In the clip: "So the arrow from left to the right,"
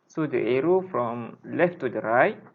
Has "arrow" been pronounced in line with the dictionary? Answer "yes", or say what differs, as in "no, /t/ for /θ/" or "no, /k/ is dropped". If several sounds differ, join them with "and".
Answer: yes